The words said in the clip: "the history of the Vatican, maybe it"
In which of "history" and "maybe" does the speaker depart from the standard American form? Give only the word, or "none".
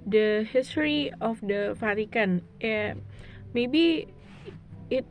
none